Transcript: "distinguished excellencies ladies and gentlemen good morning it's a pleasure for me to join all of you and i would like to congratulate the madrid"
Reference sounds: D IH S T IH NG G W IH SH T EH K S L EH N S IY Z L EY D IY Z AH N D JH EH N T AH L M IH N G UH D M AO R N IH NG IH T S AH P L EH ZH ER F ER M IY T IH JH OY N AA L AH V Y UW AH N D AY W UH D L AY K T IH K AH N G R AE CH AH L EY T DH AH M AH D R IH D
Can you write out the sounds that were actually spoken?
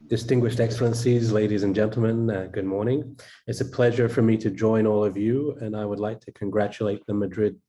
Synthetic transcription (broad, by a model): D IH S T IH NG G W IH SH T EH K S L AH N S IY Z L EY D IY Z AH N JH EH N T L M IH N G UH D M AO R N IH NG IH T S AH P L EH ZH ER F ER M IY T IH JH OY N AA L AH V Y UW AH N AY W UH D L AY K T IH K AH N G R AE CH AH L EY T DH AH M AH D R IH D